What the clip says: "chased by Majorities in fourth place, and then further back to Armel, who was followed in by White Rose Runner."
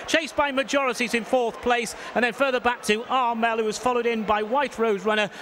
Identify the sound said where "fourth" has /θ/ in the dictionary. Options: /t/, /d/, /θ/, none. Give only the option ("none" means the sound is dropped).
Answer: /θ/